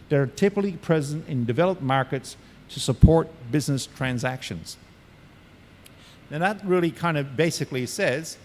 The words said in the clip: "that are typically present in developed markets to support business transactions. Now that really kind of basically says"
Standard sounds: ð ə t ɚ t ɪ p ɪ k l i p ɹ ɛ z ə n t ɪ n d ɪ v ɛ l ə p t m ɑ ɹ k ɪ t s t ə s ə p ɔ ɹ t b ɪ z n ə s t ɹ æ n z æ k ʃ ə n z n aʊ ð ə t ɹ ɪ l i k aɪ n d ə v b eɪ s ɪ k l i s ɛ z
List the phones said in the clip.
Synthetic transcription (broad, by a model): ð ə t ɚ t ɪ p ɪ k l i p ɹ ɛ z ə n t ɪ n d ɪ v ɛ l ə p m ɑ ɹ k ɪ t s t ə s ə p ɔ ɹ t b ɪ z n ə s t ɹ æ n z æ k ʃ ə n z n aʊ ð ə t ɹ ɪ l i k aɪ n d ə b eɪ s ɪ k l i s ɛ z